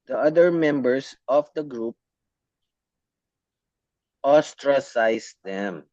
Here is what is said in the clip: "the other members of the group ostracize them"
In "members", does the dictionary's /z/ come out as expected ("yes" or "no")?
no